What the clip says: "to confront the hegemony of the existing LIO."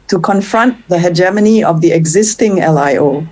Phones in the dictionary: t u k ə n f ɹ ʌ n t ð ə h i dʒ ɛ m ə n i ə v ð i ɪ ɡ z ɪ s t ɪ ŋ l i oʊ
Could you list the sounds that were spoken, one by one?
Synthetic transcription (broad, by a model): t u k ə n f ɹ ʌ n t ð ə h i dʒ ɛ m ə n i ə v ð i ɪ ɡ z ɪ s t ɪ ŋ l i oʊ